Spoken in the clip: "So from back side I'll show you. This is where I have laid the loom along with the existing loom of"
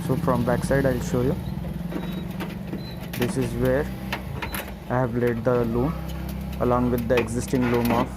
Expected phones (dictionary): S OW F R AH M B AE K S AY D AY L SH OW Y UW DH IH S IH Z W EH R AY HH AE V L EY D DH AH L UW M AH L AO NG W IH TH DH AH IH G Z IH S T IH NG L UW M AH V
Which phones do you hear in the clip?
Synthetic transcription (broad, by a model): S OW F R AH M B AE K S AY D AY L SH OW Y UW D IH S IH Z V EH R AY HH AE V L EY D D AH L UW M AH L AO NG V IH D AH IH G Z IH S T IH NG L UW M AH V